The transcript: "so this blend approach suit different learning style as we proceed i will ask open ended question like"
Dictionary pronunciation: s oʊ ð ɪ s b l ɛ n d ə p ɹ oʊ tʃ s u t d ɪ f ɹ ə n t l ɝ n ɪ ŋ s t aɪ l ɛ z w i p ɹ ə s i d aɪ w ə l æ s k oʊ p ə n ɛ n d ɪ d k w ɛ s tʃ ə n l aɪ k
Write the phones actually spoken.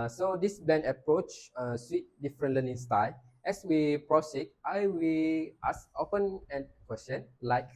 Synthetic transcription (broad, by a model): s oʊ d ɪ s b ɛ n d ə p ɹ oʊ tʃ s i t d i f ɹ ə n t l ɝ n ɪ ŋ s t aɪ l ɛ s w i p ɹ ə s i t aɪ w ə l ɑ s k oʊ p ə n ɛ n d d k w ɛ s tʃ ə n l aɪ k